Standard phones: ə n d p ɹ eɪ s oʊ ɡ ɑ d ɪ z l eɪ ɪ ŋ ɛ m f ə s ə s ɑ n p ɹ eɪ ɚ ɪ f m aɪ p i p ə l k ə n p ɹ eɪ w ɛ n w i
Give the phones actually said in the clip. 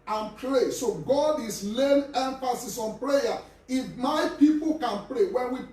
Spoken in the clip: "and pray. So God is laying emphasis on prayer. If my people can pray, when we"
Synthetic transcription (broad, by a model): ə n p ɹ eɪ s oʊ ɡ ɑ d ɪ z l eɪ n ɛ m f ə s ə s ɑ n p ɹ eɪ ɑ ɪ f m aɪ p i p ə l k ə n p ɹ eɪ w ɛ n w i